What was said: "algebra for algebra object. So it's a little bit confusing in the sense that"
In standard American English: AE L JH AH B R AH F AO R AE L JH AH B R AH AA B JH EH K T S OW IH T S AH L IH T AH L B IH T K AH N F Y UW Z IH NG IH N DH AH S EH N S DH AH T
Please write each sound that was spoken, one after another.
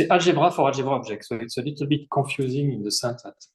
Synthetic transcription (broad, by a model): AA L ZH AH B R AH F AO R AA L ZH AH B R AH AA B ZH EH K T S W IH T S AH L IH T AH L B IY T K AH F Y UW Z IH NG IH N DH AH S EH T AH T